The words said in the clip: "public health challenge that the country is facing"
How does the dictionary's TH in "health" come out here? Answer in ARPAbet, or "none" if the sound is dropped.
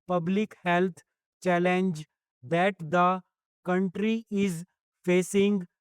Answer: T